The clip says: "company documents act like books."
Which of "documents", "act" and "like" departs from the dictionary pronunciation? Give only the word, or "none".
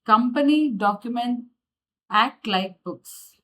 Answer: documents